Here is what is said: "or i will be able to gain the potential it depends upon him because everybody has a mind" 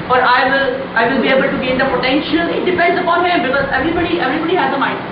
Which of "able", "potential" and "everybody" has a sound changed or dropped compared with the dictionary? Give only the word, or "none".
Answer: none